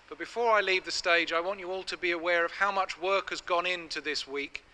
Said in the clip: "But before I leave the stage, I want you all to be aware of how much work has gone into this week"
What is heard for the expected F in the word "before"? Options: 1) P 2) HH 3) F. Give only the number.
3